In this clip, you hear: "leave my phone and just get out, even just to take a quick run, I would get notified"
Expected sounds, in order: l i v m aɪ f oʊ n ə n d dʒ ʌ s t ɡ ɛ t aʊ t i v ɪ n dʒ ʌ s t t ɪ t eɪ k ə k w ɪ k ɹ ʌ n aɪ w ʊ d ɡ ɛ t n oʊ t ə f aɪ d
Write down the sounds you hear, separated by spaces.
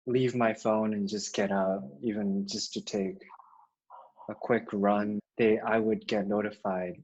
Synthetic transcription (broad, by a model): l i v m aɪ f oʊ n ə n dʒ ʌ s ɡ ɛ t aʊ t i v ɪ n dʒ ʌ s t t ɪ t eɪ k ə k w ɪ k ɹ ʌ n aɪ w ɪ d ɡ ɛ t n oʊ t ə f aɪ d